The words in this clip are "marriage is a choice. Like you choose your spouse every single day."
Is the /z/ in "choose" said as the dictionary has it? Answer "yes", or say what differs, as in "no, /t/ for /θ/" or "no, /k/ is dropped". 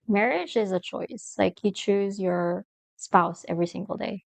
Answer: yes